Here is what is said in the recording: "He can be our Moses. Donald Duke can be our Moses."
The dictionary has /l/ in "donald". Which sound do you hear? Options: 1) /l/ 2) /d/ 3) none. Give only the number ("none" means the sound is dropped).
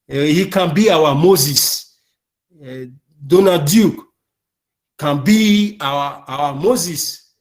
3